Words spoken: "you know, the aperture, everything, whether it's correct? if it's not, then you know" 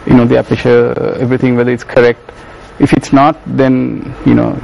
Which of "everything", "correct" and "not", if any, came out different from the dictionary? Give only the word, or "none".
everything